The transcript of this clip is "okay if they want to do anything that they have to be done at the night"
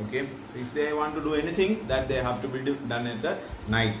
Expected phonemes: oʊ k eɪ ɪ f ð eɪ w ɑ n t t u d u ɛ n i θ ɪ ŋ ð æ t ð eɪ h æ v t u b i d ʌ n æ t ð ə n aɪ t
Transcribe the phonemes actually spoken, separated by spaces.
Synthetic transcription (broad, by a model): oʊ k eɪ ɪ f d eɪ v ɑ n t t u d u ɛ n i t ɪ ŋ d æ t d eɪ h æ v t u b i d ʌ n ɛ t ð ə n aɪ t